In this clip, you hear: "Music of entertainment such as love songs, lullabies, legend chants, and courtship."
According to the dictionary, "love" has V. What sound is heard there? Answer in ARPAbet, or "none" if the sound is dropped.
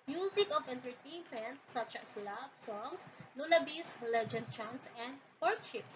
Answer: B